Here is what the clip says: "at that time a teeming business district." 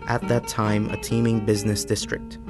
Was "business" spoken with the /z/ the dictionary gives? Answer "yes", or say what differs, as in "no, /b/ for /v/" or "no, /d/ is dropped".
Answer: yes